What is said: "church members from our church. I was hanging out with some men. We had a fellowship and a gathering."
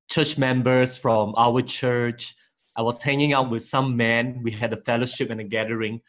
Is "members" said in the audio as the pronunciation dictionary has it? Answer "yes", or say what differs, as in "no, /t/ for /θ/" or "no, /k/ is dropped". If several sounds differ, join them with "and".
no, /s/ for /z/